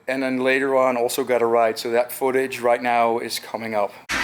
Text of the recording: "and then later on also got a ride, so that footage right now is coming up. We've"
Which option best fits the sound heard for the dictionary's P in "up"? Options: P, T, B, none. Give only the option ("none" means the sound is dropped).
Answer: P